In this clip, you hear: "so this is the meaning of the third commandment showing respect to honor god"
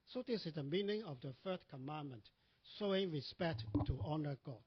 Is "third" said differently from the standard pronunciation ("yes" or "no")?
yes